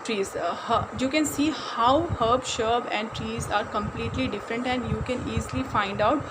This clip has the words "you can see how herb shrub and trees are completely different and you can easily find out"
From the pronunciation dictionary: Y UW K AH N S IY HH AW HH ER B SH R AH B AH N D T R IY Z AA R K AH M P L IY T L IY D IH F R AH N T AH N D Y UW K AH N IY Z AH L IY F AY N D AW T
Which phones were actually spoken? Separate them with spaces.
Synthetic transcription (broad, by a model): Y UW K AH N S IY HH AW HH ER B SH AH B AH N D T R IY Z AA R K AH M P L IY T L IY D IH F R AH N T AH N D Y UW K AH N IY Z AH L IY F AY N D AW T